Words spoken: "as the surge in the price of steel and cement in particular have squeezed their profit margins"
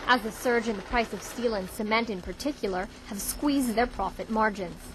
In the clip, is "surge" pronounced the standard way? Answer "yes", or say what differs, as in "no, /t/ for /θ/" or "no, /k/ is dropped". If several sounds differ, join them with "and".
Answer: yes